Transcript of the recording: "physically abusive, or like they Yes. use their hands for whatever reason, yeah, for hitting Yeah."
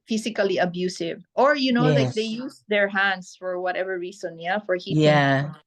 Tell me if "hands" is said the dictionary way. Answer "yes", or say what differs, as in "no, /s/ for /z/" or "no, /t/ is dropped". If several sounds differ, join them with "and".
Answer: no, /s/ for /z/